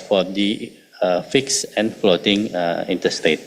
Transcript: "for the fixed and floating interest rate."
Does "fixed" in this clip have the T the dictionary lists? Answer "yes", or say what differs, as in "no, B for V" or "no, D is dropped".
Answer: no, T is dropped